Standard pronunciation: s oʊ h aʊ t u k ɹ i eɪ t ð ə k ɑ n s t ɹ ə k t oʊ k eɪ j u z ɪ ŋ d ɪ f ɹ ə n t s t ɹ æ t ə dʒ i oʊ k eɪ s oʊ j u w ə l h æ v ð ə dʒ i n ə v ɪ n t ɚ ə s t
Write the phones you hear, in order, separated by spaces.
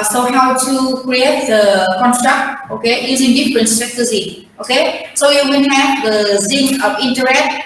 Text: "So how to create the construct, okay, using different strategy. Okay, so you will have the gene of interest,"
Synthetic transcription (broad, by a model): s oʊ h aʊ t u k ɹ i eɪ t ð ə k ɑ n s t ɹ ə k t oʊ k eɪ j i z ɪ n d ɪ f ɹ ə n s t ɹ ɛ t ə z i oʊ k eɪ s oʊ j u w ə n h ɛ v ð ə z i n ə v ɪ n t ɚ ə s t